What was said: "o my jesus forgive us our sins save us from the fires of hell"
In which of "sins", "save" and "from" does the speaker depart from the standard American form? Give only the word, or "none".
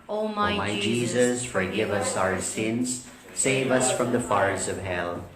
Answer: none